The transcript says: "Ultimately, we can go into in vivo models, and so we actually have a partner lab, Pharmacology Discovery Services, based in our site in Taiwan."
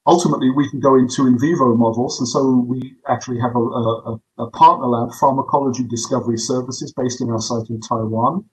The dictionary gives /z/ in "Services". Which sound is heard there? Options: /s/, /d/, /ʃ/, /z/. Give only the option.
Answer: /z/